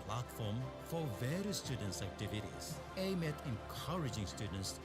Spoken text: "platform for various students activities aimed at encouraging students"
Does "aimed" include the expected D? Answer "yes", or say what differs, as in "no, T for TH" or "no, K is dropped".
no, D is dropped